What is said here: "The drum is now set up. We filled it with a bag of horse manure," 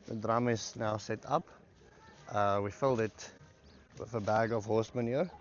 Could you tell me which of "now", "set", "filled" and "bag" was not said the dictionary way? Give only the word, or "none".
none